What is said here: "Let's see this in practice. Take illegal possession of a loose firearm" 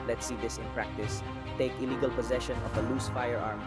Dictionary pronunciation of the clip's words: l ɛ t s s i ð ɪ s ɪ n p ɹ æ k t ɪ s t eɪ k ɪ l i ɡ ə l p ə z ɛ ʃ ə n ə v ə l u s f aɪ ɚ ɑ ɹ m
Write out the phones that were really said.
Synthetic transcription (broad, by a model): l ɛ t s s i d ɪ s ɪ n p ɹ æ k t ɪ s t eɪ k ɪ l i ɡ ə l p ə z ɛ ʃ ə n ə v ə l u s f aɪ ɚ ɑ ɹ m